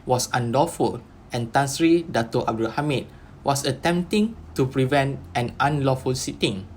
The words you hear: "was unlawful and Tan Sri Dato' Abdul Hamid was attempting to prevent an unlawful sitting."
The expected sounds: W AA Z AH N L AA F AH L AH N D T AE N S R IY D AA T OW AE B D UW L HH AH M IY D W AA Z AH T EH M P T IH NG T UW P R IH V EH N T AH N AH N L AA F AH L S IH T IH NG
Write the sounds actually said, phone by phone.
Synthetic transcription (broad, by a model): W AA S AH N L AA F AH L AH N T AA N S R IY D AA T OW AE B D UW L HH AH M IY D W AA S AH T EH M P T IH NG T UW P R IH V EH N T AH N AH N L AA F AH L S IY T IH NG